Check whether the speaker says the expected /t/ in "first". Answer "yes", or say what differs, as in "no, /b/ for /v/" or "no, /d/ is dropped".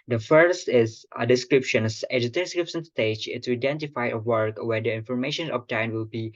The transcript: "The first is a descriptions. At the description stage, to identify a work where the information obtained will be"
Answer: yes